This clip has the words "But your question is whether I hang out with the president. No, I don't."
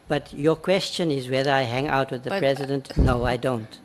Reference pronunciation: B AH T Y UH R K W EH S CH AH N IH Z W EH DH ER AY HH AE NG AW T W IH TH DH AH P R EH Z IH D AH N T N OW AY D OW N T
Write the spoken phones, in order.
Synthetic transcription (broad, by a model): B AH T Y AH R K W EH S CH AH N IH Z W EH DH ER AY HH AE NG AW T W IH DH AH P R EH Z IH D AH N T N OW AY D OW N T